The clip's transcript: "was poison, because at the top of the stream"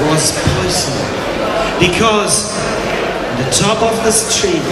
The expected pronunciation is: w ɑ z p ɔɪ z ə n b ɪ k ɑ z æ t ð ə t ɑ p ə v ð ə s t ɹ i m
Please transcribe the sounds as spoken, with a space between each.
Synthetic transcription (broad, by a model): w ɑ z p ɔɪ s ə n b ɪ k ɑ z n ð ə t ɑ p ə v ð ə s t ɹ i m